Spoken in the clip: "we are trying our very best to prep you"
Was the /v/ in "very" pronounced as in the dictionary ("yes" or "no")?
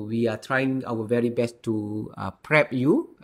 yes